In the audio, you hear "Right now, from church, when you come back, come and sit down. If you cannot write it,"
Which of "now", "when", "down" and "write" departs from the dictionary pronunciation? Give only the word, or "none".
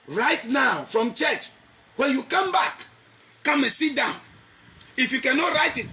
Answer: none